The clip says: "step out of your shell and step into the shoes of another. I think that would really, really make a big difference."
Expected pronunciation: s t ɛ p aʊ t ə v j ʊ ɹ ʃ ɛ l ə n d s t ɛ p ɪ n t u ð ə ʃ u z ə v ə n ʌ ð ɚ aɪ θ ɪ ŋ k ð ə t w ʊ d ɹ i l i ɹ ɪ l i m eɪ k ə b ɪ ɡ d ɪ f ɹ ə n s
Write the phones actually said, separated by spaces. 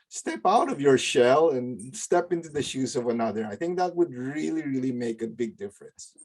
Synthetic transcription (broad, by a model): s t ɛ p aʊ t ə v j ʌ ɹ ʃ ɛ l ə n s t ɛ p ɪ n t u ð ə ʃ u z ə v ə n ʌ ð ɚ aɪ θ ɪ ŋ k ð ə t w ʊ d ɹ i l i ɹ ɪ l i m eɪ k ə b ɪ ɡ d ɪ f ɹ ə n s